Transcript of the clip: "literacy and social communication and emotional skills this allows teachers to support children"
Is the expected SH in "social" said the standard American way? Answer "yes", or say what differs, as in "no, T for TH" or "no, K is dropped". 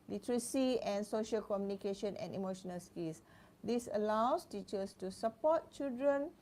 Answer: yes